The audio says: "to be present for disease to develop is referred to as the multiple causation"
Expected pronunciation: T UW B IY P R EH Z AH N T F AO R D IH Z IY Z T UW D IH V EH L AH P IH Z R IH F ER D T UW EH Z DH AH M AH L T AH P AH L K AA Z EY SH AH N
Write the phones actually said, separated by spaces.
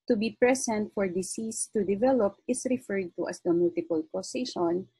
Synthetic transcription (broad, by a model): T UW B IY P R EH S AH N T F AO R D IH S IY S T UW D IH V EH L AH P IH S R IH F ER D T UW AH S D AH M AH L T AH P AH L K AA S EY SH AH N